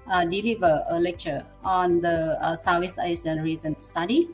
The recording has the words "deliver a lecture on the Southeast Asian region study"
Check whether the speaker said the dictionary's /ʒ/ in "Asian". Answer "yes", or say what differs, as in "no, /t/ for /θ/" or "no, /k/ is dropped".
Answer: no, /s/ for /ʒ/